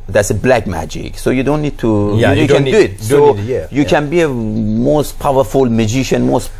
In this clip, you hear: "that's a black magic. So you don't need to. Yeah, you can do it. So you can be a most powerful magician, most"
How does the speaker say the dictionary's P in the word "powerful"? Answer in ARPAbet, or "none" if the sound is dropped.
P